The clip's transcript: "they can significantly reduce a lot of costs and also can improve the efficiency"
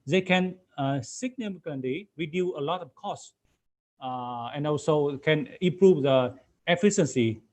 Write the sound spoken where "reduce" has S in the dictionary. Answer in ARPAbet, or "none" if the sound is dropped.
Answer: none